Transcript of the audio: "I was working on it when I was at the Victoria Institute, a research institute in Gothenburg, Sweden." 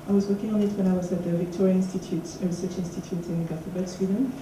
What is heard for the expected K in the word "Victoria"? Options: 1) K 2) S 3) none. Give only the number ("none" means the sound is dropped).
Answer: 1